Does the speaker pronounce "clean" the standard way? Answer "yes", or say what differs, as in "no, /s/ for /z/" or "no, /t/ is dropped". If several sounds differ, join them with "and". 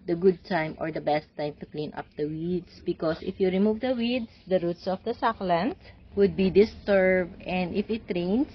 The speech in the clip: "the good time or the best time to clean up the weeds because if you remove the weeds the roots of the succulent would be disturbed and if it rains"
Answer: yes